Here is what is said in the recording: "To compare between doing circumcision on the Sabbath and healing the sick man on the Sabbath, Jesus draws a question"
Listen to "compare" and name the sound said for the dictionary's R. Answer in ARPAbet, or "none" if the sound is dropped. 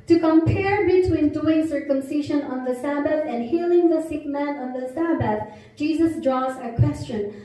R